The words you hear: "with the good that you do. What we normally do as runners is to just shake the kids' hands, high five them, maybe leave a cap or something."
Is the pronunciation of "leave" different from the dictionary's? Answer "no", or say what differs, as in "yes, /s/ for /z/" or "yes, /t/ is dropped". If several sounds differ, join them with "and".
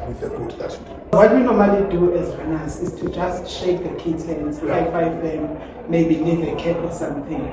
yes, /n/ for /l/